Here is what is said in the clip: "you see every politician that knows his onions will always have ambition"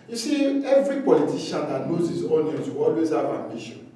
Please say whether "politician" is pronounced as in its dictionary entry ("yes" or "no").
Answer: no